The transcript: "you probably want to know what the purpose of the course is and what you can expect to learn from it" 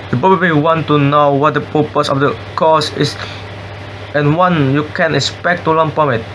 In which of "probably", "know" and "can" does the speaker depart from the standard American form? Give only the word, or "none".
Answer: probably